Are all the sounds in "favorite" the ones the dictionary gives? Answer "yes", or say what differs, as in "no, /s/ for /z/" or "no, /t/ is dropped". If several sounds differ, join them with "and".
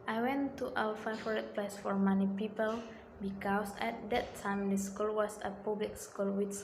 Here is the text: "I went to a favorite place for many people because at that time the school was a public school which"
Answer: no, /v/ is dropped